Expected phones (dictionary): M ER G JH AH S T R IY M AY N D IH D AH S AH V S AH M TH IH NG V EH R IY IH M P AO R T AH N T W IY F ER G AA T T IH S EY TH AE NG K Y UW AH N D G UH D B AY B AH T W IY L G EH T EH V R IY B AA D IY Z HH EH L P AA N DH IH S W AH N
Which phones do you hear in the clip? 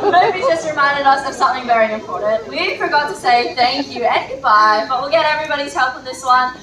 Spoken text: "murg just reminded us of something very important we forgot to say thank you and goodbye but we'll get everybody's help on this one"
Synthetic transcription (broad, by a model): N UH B JH AH S T R IY M AY N D IH D AH S AH V S AH M TH IH NG V EH R IY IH M P AO R T N T W IY F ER G AA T T IH S EY TH AE NG K Y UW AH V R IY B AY B AH T W IY L G EH T EH V R IY B AA D IY Z HH EH L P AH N DH IH S W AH N